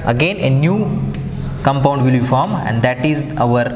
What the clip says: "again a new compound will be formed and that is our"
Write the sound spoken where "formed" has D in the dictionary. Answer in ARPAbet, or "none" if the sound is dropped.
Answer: none